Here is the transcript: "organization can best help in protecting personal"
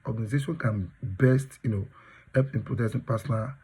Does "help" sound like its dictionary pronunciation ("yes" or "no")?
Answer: no